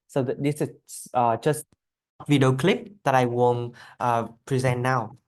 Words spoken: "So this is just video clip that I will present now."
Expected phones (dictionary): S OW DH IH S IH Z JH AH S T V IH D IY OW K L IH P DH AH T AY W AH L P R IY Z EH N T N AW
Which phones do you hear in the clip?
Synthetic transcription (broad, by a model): S OW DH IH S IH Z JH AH S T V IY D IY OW K L IH P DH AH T AY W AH N P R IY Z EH N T N AW